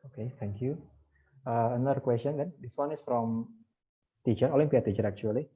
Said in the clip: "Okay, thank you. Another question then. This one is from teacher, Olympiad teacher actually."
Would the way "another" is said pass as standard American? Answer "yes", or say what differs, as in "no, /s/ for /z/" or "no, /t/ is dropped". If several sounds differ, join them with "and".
no, /n/ is dropped